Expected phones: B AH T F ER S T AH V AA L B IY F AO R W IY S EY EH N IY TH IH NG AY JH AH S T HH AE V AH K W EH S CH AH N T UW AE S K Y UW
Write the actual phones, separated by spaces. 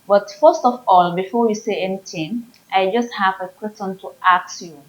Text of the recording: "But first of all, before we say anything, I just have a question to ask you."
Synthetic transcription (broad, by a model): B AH T F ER S T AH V AA L B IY F AO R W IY S EY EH N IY T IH NG AY JH AH S T HH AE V AH K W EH S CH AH N T UW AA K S Y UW